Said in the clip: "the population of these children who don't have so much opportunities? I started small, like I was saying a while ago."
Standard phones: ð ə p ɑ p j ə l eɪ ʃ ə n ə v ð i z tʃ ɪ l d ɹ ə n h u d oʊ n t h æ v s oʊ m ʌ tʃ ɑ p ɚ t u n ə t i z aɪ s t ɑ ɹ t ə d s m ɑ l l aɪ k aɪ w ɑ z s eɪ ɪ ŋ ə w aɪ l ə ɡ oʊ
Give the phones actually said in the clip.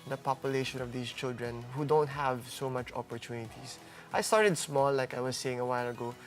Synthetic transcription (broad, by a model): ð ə p ɑ p j ə l eɪ ʃ ə n ə v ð i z tʃ ɪ l d ɹ ə n h u d oʊ n t h æ v s oʊ m ʌ tʃ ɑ p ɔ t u n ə t i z aɪ s t ɑ ɹ t ə d s m ɑ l l aɪ k aɪ w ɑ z s eɪ ɪ ŋ ə w aɪ l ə ɡ oʊ